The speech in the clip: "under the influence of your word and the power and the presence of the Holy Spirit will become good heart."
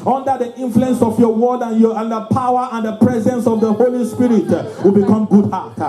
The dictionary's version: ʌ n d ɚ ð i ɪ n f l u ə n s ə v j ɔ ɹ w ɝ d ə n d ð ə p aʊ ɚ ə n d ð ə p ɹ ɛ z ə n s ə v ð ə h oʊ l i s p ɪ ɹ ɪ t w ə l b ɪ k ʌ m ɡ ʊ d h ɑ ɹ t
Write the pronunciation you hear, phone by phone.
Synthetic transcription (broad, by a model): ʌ n d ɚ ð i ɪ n f l u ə n s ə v j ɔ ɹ w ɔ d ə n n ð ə p aʊ ɚ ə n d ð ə p ɹ ɛ z ə n s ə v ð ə h oʊ l i s p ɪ ɹ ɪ t w ə l b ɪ k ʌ m ɡ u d h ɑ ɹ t